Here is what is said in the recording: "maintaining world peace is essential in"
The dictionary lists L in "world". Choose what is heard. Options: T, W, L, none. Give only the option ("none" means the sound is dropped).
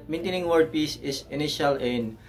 none